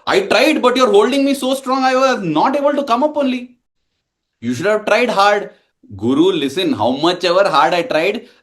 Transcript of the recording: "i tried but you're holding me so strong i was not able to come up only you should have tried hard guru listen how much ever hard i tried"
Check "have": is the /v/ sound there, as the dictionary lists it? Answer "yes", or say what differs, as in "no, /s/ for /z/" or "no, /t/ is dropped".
yes